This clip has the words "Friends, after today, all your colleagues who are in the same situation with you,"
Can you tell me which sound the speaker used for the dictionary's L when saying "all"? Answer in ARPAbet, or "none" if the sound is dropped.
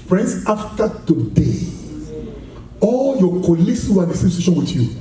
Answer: L